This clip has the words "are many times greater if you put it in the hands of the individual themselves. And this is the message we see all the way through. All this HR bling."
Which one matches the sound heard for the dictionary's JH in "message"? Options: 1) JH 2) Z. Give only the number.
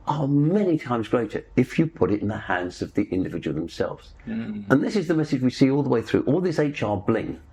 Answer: 1